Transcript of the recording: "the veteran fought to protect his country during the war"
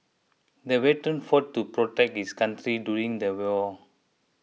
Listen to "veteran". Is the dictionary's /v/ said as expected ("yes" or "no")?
no